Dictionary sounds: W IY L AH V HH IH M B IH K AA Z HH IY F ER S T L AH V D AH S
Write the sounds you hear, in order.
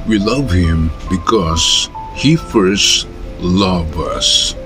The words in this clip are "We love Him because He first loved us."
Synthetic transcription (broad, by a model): W IY L AH V HH IH M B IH K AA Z HH IY F ER S T L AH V AH S